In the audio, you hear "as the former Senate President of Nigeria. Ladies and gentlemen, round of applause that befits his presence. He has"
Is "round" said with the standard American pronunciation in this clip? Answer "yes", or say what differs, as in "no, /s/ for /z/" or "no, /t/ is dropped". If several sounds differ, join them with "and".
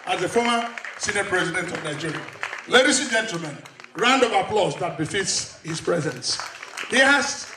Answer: yes